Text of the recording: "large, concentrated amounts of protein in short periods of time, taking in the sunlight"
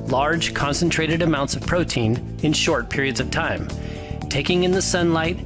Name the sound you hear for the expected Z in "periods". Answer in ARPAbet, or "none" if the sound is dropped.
Z